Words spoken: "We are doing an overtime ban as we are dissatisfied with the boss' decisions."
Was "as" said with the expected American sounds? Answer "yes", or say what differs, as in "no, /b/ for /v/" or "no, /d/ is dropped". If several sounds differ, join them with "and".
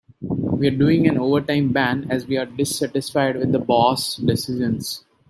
yes